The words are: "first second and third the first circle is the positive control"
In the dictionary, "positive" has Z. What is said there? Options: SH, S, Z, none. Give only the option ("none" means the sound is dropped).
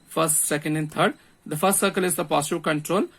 S